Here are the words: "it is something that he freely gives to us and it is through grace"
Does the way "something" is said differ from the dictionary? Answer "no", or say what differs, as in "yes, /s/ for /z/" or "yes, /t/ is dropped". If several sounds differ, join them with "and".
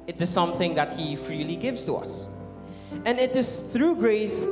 no